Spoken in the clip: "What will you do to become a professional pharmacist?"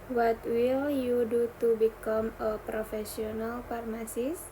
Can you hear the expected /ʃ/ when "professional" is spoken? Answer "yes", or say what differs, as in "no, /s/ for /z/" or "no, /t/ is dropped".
no, /s/ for /ʃ/